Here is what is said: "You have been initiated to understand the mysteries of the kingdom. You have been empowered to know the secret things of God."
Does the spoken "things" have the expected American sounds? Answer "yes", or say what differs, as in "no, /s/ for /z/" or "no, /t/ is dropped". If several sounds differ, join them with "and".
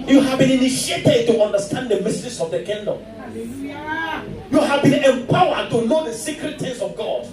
no, /t/ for /θ/